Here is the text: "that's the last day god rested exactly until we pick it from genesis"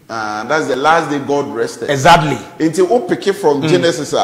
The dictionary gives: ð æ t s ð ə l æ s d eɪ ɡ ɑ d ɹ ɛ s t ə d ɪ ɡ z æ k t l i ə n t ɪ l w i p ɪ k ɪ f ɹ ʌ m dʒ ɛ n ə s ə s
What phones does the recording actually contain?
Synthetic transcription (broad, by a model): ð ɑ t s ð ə l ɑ s d eɪ ɡ ɑ d ɹ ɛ s t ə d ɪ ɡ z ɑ t l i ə n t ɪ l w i p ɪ k ɪ f ɹ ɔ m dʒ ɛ n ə s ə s